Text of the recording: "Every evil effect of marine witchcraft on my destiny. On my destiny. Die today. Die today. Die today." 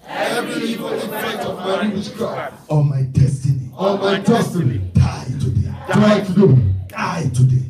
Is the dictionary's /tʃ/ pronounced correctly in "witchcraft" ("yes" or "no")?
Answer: no